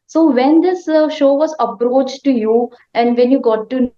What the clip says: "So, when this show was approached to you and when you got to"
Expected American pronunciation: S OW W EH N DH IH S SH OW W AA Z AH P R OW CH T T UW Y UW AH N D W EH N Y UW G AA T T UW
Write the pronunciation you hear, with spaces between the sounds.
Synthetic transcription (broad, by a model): S OW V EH N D IH S SH OW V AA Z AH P R OW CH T T UW Y UW AH N D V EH N Y UW G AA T T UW